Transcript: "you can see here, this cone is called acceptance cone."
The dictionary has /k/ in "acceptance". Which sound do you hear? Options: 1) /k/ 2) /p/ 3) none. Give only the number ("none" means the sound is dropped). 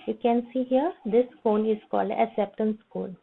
3